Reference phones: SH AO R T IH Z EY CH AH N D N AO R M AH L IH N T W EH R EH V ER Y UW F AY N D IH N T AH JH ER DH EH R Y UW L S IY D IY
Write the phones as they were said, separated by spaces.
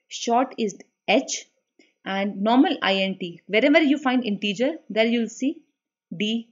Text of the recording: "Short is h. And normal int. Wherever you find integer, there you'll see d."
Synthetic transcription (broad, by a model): SH AO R T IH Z EY CH AH N D N AO R M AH L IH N T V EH R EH V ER Y UW F AY N D IH N T AH JH ER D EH R Y UW L S IY D IY